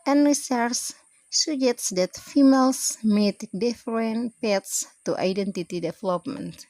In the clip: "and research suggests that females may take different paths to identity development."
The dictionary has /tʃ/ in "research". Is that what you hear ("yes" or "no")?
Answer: no